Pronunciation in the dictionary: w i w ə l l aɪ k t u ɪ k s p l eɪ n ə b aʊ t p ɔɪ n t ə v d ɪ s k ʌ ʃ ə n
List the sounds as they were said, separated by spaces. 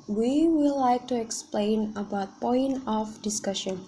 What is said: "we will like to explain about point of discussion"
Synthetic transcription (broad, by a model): w i w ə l l aɪ k t u ɪ k s p l eɪ n ə b aʊ t p ɔɪ n t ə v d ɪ s k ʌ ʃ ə n